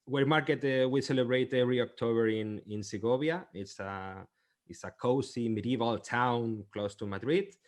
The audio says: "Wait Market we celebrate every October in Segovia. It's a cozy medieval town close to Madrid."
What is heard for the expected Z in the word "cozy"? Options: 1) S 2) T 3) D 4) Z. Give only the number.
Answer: 1